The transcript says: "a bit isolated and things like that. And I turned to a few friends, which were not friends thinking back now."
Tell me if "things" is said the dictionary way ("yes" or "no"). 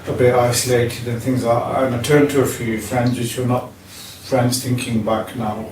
yes